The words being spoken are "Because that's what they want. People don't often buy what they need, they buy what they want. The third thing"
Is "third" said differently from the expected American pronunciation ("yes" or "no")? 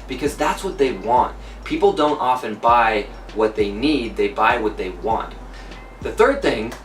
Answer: no